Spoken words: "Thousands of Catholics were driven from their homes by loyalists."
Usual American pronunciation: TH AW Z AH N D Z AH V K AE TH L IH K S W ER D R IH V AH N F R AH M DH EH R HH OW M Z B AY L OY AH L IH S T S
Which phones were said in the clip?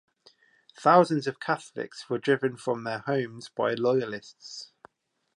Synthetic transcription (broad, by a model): TH AW Z AH N D Z AH V K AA TH L IH K S W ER D R IH V AH N F R AH M DH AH HH OW M Z B AY L OY AH L IH S T S